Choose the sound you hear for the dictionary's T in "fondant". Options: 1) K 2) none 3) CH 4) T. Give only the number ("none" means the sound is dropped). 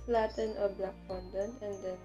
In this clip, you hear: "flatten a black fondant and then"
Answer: 2